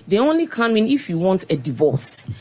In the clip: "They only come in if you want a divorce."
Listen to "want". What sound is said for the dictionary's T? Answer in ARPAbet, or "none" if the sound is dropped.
T